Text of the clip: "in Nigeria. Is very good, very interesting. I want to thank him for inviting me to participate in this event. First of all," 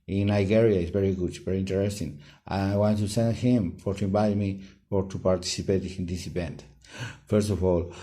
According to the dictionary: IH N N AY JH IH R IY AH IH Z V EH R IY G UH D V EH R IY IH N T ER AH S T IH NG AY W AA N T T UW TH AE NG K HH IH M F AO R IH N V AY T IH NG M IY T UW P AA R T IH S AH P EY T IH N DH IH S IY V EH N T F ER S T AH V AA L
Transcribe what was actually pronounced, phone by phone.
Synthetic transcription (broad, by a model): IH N N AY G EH R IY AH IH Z V EH R IY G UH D V EH R IY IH N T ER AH S T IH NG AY W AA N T T UW S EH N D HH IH M F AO R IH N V AY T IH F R T UW P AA R T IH S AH P EY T IH N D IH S IY V EH N T F ER S T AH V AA L